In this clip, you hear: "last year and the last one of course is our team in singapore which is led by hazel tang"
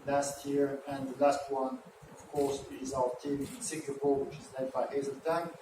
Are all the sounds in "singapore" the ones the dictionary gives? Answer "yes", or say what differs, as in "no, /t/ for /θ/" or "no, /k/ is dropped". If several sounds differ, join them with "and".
no, /l/ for /ɹ/